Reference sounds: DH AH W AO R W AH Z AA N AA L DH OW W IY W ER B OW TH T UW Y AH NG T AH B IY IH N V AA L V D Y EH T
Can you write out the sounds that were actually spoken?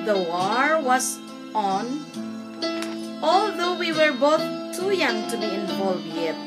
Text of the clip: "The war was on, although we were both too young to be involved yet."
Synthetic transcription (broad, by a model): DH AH W AO R W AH S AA N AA L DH OW W IY W ER B OW TH T UW Y AH NG T AH B IY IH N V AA L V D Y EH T